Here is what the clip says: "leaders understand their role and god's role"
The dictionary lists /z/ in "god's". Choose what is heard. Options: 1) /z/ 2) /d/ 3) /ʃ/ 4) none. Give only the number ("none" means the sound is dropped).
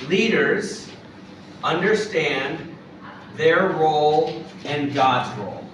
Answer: 1